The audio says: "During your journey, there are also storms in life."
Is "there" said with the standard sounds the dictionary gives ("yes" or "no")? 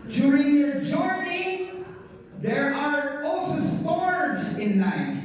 yes